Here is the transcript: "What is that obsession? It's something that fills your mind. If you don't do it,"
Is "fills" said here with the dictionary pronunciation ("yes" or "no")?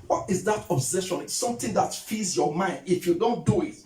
no